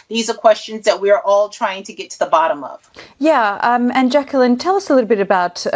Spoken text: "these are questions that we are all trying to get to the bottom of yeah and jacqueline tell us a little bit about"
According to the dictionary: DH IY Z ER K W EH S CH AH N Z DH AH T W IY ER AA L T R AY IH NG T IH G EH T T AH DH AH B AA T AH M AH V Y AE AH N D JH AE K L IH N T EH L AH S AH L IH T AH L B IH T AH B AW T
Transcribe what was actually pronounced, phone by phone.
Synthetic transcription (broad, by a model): DH IY Z ER K W EH S CH AH N Z DH AH T W IY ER AA L T R AY IH NG T IH G EH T T AH DH AH B AA T AH M AH V Y AE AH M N JH AE K L IH N T EH L AH S AH L IH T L B IH T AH B AW T